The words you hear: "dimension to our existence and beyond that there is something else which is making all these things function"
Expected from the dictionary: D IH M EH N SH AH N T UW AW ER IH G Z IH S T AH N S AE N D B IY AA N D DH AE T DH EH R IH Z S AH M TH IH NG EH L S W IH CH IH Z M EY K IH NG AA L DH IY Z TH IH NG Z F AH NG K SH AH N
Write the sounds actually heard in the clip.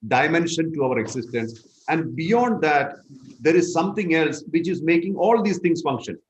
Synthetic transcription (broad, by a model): D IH M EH N SH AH N T UW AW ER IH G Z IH S T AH N S AE N D B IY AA N D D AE T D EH R IH Z S AH M T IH NG EH L S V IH CH IH Z M EY K IH NG AA L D IY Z T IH NG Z F AH NG K SH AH N